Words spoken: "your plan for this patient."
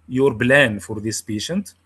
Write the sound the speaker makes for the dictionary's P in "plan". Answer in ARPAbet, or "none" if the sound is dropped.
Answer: B